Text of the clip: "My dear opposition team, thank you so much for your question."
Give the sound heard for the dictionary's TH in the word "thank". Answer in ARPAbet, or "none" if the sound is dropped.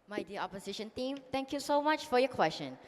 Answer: T